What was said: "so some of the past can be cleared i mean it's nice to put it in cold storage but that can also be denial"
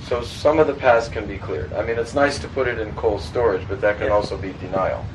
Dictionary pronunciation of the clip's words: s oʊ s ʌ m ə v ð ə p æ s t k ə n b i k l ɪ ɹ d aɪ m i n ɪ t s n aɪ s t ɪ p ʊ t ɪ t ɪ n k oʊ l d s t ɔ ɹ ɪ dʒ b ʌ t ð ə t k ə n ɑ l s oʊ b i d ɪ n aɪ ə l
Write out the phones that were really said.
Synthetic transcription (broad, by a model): s oʊ s ʌ m ə v ð ə p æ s k ə n b i k l ɪ ɹ d aɪ m i n ɪ t s n aɪ s t ɪ p ʊ t ɪ t ɪ n k oʊ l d s t ɔ ɹ ɪ dʒ b ʌ t ð ə t k ə n ɑ l s oʊ b i d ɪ n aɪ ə l